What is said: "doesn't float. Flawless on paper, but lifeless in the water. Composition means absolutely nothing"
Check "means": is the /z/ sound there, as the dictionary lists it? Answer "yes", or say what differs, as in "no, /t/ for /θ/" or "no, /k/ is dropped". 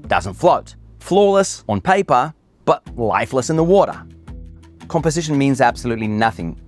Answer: yes